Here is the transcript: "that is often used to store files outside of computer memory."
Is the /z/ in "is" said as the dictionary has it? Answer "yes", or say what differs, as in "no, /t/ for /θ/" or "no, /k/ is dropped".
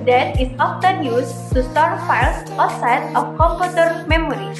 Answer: no, /s/ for /z/